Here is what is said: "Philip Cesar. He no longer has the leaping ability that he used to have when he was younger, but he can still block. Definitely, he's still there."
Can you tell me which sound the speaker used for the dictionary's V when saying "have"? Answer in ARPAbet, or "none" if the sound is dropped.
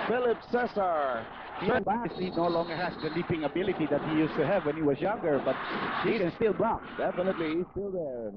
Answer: V